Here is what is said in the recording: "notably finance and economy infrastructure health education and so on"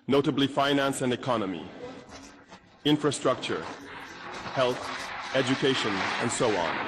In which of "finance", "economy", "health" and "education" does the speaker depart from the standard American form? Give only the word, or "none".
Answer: none